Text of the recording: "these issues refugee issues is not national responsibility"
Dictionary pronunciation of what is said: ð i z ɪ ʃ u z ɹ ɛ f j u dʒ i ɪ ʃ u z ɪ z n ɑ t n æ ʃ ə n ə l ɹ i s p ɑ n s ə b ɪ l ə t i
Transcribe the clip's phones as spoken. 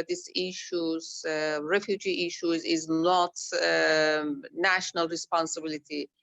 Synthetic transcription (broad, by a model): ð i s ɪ ʃ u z ɹ ɛ f j u dʒ i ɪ ʃ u z ɪ z n ɑ t n æ ʃ ə n ə l ɹ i s p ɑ n s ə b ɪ l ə t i